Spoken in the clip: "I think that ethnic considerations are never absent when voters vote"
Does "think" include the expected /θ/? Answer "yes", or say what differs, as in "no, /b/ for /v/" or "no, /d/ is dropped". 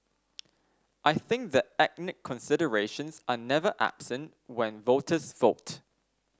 yes